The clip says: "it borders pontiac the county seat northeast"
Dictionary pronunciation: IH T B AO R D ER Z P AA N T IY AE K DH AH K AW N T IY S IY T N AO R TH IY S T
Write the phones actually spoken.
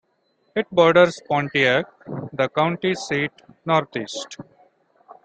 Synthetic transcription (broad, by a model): IH T B AO R D ER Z P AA N T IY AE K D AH K AW N T IY S IY T N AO R T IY S T